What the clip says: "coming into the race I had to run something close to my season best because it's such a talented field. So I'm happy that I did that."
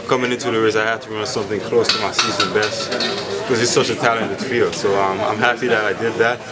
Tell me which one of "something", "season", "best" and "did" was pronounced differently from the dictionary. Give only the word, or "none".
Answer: none